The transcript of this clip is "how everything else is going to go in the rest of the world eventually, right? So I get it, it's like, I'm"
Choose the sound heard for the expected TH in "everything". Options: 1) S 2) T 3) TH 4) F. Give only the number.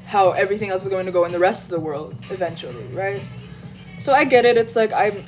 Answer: 3